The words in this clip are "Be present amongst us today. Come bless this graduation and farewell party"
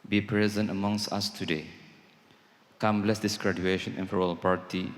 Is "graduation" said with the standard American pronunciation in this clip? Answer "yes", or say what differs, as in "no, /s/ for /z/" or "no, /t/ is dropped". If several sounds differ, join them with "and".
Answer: yes